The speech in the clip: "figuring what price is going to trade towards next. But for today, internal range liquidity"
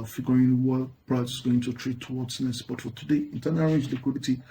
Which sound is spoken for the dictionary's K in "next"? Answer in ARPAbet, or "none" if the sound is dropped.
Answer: none